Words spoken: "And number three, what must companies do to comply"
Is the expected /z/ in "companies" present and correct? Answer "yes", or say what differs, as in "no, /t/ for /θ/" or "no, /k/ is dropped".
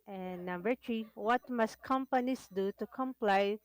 no, /s/ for /z/